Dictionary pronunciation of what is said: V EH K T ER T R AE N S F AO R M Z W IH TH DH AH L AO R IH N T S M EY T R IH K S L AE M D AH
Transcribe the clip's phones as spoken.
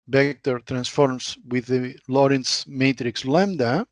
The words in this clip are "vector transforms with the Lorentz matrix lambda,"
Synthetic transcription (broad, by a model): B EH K T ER T R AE N S F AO R M S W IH DH AH L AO R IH N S M EY T R IH K S L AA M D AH